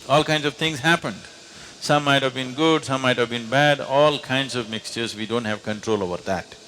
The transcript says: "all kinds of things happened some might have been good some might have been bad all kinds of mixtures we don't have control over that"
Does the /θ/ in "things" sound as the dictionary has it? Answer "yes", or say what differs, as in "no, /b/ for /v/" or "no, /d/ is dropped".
no, /t/ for /θ/